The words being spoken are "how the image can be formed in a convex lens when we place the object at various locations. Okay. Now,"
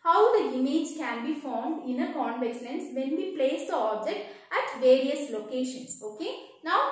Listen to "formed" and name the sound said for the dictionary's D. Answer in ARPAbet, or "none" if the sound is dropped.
D